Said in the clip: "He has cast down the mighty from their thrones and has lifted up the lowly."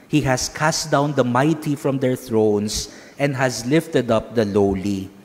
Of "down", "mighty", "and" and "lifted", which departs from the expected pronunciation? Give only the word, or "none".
none